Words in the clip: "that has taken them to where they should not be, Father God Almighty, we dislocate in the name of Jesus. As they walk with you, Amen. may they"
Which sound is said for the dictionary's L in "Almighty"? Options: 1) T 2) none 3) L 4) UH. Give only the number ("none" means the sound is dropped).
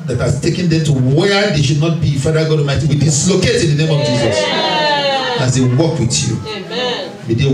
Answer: 2